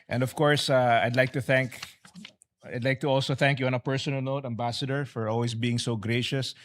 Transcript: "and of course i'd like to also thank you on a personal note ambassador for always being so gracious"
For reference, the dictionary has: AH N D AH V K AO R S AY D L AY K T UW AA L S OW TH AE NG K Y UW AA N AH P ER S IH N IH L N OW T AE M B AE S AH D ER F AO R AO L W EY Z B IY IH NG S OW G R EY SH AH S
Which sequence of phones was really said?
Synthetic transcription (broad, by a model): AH N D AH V K AO R S AY D L AY K T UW AA L S OW TH AE NG K Y UW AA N AH P ER S IH N IH L N OW T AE M B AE S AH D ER F AO R AO L W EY S B IY IH NG S OW G R EY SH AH S